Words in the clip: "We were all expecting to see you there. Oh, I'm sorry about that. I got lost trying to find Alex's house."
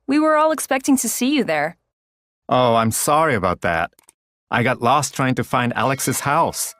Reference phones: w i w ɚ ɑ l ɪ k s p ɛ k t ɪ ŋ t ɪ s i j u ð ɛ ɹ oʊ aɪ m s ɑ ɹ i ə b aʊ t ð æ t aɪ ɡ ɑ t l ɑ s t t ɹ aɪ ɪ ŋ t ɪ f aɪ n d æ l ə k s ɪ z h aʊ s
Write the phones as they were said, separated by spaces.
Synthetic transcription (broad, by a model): w i w ɚ ɑ l ɪ k s p ɛ k t ɪ ŋ t ɪ s i j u ð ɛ ɹ oʊ aɪ m s ɑ ɹ i ə b aʊ t ð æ t aɪ ɡ ɑ t l ɑ s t t ɹ aɪ ɪ ŋ t ɪ f aɪ n d æ l ə k s ɪ z h aʊ s